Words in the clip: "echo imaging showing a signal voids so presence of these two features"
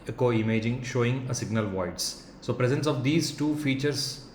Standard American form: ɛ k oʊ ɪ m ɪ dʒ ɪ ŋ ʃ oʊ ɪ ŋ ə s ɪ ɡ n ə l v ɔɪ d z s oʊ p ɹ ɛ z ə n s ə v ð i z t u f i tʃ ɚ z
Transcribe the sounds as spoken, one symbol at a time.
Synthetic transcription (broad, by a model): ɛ k oʊ ɪ m ɪ dʒ ɪ ŋ ʃ oʊ ɪ ŋ ə s ɪ ɡ n ə l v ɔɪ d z s oʊ p ɹ ɛ z ə n s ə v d i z t u f i tʃ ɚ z